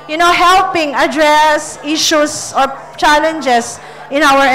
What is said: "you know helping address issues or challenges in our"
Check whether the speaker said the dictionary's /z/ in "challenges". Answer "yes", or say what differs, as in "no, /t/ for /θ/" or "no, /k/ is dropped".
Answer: no, /s/ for /z/